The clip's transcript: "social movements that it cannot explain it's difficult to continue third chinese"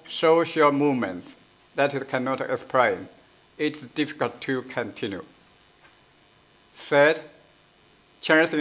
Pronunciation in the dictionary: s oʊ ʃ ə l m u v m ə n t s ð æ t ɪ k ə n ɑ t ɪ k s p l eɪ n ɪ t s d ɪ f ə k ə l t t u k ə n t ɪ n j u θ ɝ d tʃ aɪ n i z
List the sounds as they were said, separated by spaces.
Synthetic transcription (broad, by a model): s oʊ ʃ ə m u v m ə n t s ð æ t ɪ k ə n ɑ t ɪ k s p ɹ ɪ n ɪ t s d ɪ f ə k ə l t t u k ə n t ɪ n j u s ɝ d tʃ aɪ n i